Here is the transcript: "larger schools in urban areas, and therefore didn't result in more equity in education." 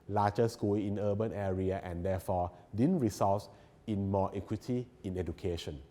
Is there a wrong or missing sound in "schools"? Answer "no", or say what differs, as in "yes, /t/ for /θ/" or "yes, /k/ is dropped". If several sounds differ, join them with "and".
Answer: yes, /z/ is dropped